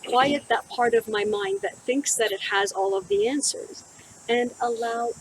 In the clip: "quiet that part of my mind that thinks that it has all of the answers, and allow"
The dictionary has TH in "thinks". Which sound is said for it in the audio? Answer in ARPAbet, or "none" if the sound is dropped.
TH